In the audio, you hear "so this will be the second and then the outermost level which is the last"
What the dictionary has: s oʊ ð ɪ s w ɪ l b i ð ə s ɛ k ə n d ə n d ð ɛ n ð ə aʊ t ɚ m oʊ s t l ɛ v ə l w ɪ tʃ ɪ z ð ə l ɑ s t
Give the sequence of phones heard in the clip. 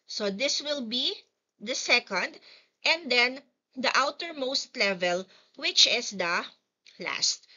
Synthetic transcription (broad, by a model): s oʊ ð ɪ s w ɪ l b i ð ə s ɛ k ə n d ə n d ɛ n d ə aʊ t ɚ m oʊ s t l ɛ v ə l w ɪ tʃ ɪ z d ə l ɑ s t